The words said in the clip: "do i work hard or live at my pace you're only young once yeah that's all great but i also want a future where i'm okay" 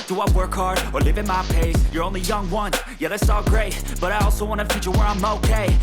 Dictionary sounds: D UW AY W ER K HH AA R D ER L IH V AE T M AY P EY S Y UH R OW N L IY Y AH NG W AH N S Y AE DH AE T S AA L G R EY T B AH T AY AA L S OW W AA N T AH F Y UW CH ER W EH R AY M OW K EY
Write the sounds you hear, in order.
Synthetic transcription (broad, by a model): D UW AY W ER K AA R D ER L IH V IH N M AY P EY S Y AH R OW N L IY Y AH NG W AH N Y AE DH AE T S AA L G R EY T B AH T AY AA L S OW W AA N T AH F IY CH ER W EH R AY M OW K EY